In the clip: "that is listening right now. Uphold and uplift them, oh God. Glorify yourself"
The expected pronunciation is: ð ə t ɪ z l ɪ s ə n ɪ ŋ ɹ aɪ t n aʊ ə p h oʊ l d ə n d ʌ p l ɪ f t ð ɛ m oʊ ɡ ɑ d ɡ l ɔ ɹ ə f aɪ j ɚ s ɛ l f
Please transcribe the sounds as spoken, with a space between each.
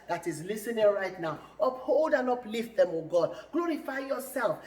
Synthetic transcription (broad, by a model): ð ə t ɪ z l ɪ s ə n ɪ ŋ ɹ aɪ t n aʊ ə p h oʊ l d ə n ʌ p l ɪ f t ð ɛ m oʊ ɡ ɑ d ɡ l ɔ ɹ ə f aɪ j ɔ s ɛ l f